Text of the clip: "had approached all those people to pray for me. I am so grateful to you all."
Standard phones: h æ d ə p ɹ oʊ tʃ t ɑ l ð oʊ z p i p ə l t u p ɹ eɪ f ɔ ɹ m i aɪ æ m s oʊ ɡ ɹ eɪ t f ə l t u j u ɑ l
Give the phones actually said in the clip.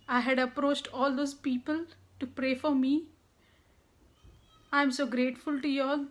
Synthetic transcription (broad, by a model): h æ d ə p ɹ oʊ tʃ t ɑ l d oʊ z p i p ə l t u p ɹ eɪ f ɔ ɹ m i aɪ m s oʊ ɡ ɹ eɪ t f ə l t u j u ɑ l